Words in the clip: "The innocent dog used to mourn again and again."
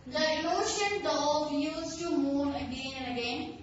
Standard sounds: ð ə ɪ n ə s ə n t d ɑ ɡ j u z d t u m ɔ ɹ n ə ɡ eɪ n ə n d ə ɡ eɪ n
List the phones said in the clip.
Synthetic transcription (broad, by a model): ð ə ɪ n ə ʃ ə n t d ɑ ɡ j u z t u m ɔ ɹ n ə ɡ eɪ n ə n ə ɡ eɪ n